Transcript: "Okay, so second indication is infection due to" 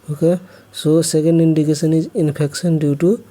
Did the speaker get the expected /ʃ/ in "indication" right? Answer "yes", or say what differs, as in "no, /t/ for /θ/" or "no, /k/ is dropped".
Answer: no, /s/ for /ʃ/